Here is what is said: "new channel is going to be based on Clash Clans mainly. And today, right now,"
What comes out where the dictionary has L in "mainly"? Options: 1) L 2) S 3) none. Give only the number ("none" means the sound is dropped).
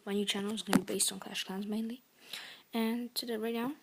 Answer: 1